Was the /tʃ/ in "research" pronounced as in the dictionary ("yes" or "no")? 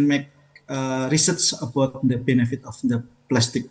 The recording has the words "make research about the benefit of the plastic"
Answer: no